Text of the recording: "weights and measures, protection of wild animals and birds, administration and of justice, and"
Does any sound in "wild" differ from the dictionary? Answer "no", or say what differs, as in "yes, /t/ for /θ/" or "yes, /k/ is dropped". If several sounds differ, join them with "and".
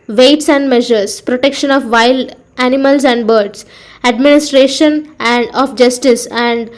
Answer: yes, /d/ is dropped